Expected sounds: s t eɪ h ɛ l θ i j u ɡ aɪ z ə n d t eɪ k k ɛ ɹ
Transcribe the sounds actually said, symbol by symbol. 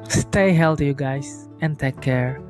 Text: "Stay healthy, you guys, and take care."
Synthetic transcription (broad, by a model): s t eɪ h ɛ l t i j u ɡ aɪ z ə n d t eɪ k k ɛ ɹ